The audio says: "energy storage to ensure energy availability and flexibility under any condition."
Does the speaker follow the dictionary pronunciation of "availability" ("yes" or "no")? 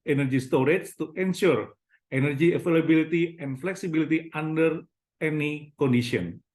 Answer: no